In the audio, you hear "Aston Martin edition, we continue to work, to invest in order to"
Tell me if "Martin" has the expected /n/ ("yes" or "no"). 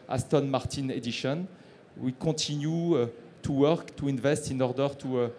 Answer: yes